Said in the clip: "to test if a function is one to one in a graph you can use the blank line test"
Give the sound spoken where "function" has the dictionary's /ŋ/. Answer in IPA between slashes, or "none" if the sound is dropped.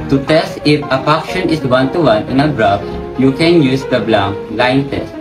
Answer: none